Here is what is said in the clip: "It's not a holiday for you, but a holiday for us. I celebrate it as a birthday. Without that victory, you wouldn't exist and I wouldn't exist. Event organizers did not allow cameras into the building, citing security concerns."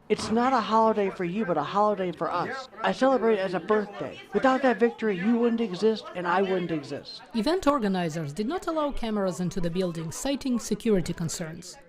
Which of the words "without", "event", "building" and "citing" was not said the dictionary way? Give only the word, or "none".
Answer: none